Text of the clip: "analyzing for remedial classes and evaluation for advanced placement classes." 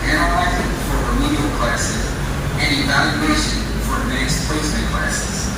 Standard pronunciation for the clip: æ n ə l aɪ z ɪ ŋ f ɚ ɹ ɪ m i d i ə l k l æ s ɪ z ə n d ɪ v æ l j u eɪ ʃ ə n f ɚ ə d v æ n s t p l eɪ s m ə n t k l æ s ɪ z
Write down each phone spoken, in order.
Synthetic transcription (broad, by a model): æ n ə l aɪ z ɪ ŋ f ɚ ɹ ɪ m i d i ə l k l æ s ɪ z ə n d ɪ v æ l j u eɪ ʃ ə n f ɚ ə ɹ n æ s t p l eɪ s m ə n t k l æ s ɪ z